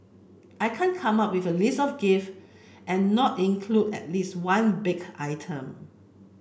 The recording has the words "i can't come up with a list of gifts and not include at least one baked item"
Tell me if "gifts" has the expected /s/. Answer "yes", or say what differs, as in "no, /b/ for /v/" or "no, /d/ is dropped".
no, /s/ is dropped